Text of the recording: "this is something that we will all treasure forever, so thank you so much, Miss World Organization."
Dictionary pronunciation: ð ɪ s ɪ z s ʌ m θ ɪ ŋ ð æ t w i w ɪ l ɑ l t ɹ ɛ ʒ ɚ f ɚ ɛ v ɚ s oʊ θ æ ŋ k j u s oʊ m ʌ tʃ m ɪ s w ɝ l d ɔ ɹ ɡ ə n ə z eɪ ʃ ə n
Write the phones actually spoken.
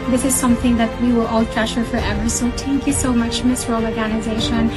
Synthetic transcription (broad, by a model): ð ɪ s ɪ z s ʌ m θ ɪ ŋ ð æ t w i w ɪ l ɑ l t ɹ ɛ ʃ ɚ f ɚ ɛ v ɚ s oʊ t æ ŋ k j u s oʊ m ʌ tʃ m ɪ s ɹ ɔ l ɔ ɹ ɡ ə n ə z eɪ ʃ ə n